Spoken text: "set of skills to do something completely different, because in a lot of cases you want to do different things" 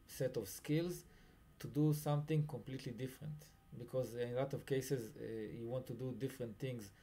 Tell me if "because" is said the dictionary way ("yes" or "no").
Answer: yes